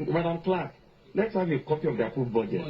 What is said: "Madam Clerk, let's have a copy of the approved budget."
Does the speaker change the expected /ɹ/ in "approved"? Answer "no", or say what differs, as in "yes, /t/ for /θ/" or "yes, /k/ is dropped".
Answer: yes, /ɹ/ is dropped